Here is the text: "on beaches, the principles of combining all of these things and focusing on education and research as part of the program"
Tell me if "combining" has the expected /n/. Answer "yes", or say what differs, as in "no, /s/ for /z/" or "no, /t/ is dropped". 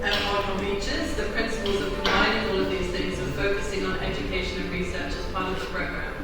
no, /n/ is dropped